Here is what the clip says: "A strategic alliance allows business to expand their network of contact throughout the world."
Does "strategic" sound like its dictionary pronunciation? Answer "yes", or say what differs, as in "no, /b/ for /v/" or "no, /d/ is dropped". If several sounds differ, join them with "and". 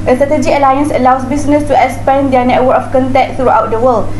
no, /k/ is dropped